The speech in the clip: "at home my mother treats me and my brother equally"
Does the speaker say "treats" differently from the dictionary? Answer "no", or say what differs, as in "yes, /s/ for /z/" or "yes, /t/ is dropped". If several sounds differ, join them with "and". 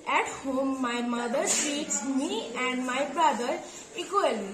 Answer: yes, /ɹ/ is dropped